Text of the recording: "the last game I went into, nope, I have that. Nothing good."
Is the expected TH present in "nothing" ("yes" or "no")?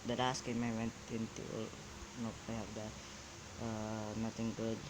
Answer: no